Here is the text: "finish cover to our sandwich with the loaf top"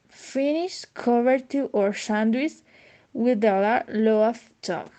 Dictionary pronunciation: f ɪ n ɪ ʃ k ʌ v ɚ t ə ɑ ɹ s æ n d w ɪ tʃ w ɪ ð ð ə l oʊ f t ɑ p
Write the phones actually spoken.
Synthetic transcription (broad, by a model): f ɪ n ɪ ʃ k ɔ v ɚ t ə ɑ ɹ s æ n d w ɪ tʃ w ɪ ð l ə l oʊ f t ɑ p